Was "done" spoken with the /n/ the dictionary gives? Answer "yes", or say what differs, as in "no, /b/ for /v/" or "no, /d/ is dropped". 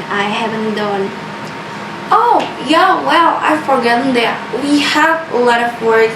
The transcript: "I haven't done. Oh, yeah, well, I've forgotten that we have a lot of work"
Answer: yes